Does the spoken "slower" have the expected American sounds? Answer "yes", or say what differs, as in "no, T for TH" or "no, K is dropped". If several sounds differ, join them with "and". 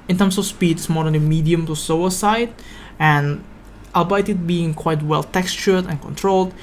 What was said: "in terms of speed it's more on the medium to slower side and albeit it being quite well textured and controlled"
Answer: no, L is dropped